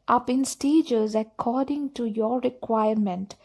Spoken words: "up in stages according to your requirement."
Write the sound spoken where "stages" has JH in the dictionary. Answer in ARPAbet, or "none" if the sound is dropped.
JH